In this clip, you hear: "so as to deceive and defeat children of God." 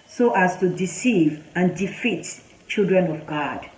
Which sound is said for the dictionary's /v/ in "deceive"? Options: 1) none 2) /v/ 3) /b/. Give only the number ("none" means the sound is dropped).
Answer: 2